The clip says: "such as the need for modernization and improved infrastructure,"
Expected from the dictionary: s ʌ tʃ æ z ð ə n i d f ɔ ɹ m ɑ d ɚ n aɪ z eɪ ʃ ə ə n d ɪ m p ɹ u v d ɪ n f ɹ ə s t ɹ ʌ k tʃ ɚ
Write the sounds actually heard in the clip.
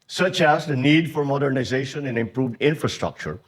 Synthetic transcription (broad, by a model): s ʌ tʃ æ z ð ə n i d f ɔ ɹ m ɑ d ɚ n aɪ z eɪ ʃ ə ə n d ɪ m p ɹ u v d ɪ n f ɹ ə s t ɹ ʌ k tʃ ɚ